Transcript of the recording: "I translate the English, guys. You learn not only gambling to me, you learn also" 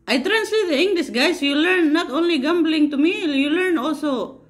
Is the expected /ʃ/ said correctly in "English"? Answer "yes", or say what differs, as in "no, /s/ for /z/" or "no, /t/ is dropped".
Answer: no, /s/ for /ʃ/